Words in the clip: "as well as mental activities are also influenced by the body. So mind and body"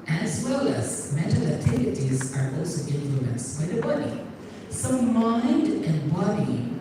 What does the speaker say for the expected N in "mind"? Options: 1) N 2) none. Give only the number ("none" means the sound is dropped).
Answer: 1